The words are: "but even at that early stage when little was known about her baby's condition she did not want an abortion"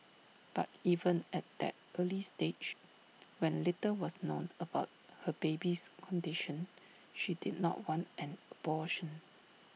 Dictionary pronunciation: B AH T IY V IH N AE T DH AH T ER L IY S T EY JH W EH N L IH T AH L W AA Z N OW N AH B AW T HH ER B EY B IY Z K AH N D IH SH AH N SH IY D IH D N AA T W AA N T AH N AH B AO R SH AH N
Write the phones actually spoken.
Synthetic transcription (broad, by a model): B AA T IY V IH N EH T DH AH T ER L IY S T EY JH W EH N L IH T AH W AA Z N OW N AH B AW T HH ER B EY B IY S K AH N D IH SH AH N SH IY D IH D N AA T W AA N T AH N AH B AO SH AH N